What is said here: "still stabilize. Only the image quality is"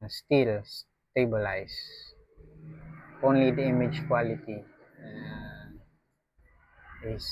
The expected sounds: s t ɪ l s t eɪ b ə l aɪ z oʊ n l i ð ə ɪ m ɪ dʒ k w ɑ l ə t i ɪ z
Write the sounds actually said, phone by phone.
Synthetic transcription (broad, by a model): s t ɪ l s t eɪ b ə l aɪ s oʊ n l i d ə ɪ m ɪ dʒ k w ɑ l ə t i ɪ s